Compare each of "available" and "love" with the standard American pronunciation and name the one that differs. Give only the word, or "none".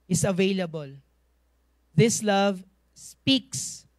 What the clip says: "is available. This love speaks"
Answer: none